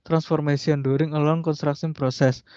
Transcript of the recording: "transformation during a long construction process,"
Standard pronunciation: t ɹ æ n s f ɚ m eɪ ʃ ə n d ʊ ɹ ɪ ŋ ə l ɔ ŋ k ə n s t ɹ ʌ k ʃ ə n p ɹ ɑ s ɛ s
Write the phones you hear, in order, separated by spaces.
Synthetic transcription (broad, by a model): t ɹ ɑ n s f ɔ m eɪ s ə n d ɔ ɹ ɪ ŋ ə l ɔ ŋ k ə n s t ɹ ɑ k s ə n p ɹ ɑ s ɛ s